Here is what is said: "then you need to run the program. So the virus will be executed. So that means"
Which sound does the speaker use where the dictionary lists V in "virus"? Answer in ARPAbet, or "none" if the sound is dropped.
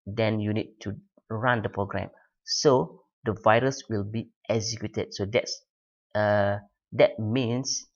V